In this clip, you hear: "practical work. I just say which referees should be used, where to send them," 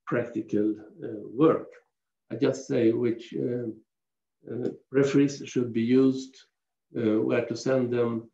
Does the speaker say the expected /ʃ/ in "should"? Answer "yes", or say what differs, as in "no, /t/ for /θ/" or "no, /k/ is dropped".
yes